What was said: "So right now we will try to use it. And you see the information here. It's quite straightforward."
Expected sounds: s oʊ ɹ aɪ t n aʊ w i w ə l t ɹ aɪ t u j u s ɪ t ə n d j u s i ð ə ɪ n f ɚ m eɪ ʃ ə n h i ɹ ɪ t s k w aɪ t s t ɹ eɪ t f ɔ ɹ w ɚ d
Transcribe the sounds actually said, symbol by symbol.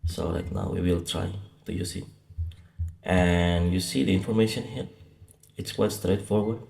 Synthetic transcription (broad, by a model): s oʊ l aɪ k n aʊ w i w ə l t ɹ aɪ t u j u s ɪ t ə n j u s i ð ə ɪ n f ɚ m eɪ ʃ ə n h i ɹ ɪ t s k w aɪ t s t ɹ eɪ t f ɔ ɹ w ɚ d